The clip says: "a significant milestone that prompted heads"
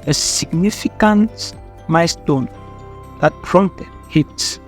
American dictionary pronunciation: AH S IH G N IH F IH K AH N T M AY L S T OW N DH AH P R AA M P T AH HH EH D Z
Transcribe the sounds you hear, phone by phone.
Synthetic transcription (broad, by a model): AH S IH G N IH F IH K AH N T M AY S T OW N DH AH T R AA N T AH HH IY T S